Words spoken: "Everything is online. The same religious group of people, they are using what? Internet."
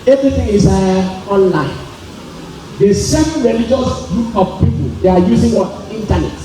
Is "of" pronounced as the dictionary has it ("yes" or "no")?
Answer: no